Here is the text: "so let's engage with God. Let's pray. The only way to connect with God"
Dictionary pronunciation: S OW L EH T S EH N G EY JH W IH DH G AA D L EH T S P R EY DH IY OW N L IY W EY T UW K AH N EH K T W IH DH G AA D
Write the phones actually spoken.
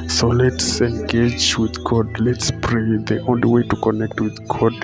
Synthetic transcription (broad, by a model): S OW L EH T S EH N G EY JH W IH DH G AA D L EH T S P R EY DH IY OW N L IY W EY T UW K AH N EH K T W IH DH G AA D